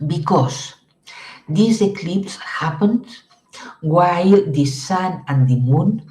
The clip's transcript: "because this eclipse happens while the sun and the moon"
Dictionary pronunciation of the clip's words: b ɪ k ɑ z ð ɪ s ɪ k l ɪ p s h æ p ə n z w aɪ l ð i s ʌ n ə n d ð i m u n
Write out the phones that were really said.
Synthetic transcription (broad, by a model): b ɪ k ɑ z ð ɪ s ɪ k l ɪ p s h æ p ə n w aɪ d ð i s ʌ n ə n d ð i m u n